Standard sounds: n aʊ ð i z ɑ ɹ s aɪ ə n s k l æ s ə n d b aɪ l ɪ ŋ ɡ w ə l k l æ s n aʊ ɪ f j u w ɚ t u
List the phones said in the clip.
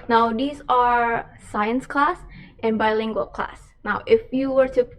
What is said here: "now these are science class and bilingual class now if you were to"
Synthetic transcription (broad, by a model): n aʊ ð i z ɑ ɹ s aɪ ə n s k l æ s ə n b aɪ l ɪ ŋ ɡ w ə l k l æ s n aʊ ɪ f j u w ɚ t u